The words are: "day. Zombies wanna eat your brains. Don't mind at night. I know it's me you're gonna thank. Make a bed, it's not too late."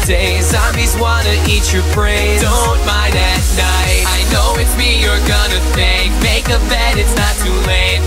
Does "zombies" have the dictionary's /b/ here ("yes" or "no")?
no